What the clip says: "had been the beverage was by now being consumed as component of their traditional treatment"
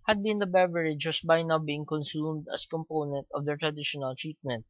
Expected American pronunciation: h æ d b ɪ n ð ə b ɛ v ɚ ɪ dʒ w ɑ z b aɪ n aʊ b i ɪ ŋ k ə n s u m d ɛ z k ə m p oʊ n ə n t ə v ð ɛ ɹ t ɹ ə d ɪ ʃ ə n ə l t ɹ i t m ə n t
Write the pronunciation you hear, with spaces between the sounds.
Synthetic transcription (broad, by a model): h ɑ d b ɪ n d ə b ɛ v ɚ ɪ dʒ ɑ s b aɪ n aʊ b i ɪ ŋ k ə n s u m d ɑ s k ə m p oʊ n ə n t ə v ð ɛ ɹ t ɹ ə d ɪ ʃ ə n ə l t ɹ i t m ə n t